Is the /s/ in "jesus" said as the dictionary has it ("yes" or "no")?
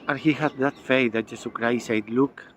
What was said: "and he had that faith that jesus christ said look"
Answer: no